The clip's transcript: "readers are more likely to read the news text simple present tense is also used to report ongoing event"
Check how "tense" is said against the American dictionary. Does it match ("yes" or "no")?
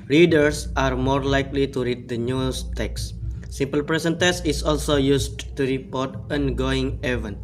no